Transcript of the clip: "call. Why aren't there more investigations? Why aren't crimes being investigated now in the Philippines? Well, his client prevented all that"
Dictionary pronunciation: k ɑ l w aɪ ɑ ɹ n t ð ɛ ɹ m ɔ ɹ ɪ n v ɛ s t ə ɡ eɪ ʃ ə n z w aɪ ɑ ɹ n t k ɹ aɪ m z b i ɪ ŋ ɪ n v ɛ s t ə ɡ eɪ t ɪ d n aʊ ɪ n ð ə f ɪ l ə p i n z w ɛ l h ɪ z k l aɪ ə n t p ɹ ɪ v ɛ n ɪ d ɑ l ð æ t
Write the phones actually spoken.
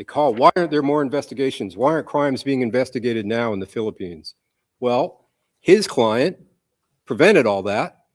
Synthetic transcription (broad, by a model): k ɑ l w aɪ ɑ ɹ n ð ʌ ɹ m ɔ ɹ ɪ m v ɛ s t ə ɡ eɪ ʃ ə n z w aɪ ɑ ɹ n k ɹ aɪ m z b i ɪ ŋ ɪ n v ɛ s t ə ɡ eɪ t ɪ d n aʊ ɪ n ð ə f ɪ l ə p i n z w ɛ l h ɪ z k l aɪ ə n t p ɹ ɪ v ɛ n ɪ d ɑ l ð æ t